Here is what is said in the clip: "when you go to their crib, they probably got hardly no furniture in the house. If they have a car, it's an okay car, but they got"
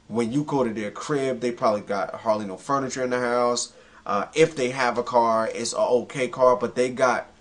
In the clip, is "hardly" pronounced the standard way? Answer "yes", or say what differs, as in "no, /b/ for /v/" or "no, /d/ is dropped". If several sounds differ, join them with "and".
yes